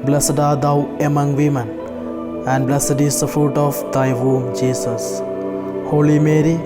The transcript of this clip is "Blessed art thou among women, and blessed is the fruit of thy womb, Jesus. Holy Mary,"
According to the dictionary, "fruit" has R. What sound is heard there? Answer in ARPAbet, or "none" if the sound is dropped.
R